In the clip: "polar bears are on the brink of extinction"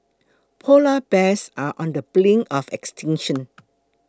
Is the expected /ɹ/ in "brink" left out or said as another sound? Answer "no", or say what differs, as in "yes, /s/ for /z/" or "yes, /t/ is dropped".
yes, /l/ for /ɹ/